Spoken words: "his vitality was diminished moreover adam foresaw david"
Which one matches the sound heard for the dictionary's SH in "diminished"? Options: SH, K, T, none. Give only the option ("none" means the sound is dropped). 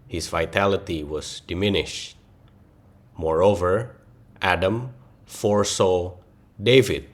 SH